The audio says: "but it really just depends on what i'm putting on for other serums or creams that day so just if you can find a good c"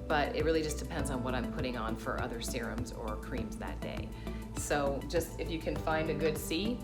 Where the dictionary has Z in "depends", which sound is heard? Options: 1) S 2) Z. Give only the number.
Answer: 2